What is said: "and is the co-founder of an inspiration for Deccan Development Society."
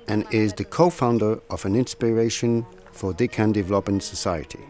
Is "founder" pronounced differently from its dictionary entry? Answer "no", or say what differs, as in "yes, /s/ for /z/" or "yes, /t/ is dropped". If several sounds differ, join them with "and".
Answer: no